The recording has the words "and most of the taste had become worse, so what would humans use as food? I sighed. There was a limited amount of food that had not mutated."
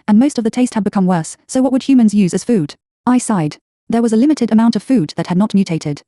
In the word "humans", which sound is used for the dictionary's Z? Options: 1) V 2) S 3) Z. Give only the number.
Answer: 3